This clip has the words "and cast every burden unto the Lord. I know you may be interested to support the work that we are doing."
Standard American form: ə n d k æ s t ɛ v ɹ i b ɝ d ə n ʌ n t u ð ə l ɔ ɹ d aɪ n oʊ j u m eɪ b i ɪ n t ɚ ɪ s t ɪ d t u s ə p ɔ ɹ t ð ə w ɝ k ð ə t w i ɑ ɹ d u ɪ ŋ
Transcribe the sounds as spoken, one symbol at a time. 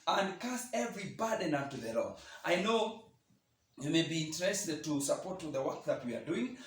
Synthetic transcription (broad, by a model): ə n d k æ s ɛ v ɹ i b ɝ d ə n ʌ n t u ð ə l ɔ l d aɪ n oʊ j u m eɪ b i ɪ n t ɚ ɪ s t ɪ d t u s ə p ɔ ɹ t ð ə w ɝ k ð ə t w i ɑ ɹ d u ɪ ŋ